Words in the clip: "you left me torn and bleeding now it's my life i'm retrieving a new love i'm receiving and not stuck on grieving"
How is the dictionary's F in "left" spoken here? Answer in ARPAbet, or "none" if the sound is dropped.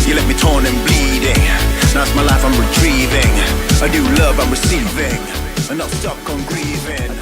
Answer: none